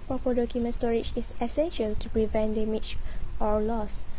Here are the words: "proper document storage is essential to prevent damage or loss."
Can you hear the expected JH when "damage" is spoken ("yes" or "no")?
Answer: no